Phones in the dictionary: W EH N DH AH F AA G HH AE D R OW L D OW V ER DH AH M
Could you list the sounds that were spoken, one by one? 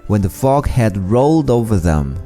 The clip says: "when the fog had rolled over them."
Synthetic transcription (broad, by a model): W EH N DH AH F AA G HH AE D R OW L D OW V ER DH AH M